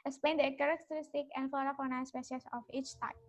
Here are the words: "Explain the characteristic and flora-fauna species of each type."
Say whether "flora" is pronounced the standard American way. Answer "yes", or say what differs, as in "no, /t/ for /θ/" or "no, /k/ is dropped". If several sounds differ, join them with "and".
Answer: no, /l/ is dropped